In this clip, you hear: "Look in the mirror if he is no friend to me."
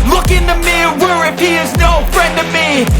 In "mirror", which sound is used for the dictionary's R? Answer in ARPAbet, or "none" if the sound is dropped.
W